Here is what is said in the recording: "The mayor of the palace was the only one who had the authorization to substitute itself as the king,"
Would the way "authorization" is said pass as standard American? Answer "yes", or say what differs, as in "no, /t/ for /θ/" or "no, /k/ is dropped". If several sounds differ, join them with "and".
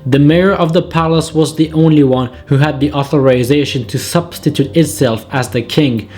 yes